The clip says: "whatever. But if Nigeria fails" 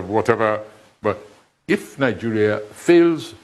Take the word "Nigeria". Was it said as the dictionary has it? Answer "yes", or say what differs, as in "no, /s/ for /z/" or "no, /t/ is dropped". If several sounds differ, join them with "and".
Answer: yes